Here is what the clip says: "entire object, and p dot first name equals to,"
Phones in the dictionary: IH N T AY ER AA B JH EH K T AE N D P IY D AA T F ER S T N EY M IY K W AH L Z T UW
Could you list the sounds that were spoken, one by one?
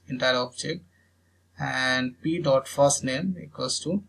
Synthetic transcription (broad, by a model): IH N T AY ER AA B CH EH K AE N D P IY D AA T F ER S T N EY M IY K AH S T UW